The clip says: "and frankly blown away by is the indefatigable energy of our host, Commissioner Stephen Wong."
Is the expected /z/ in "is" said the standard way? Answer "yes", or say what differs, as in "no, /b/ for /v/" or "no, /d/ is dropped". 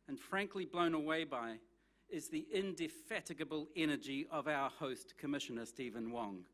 yes